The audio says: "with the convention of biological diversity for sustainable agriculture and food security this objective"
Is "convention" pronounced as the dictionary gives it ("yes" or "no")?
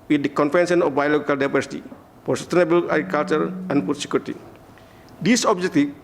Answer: no